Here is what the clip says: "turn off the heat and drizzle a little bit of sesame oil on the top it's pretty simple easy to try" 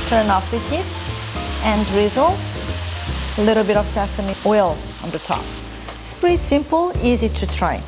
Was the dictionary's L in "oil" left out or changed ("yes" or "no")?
no